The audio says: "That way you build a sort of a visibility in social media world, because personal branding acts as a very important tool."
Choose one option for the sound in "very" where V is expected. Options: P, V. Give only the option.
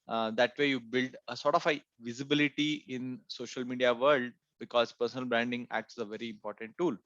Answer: V